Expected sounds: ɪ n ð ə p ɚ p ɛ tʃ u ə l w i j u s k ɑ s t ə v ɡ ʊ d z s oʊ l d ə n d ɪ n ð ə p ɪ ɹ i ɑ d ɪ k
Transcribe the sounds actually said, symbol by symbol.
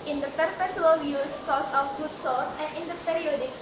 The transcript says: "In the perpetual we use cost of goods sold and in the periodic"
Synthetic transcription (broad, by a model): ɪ n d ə p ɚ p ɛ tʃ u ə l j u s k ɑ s ə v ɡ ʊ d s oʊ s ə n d ɪ n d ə p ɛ ɹ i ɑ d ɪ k